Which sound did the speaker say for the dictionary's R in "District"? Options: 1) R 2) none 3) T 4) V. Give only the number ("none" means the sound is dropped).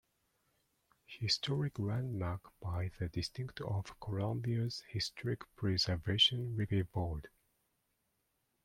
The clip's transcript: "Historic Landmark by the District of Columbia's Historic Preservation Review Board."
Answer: 2